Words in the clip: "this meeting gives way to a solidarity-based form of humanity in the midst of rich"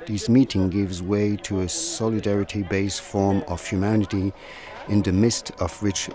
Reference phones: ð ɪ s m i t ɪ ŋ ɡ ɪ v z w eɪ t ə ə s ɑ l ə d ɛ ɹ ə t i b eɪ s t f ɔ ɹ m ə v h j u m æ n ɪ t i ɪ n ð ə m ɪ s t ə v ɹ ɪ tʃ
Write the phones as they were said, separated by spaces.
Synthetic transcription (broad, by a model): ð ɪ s m i t ɪ ŋ ɡ ɪ v z w eɪ t ə ə s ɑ l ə d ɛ ɹ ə t i b eɪ s t f ɔ ɹ m ə v h j u m æ n ɪ t i ɪ n ð ə m ɪ s t ə v ɹ ɪ tʃ